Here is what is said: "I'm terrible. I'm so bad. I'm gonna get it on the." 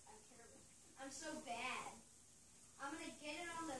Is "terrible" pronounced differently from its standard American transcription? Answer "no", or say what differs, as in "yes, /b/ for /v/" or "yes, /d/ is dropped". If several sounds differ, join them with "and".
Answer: yes, /b/ is dropped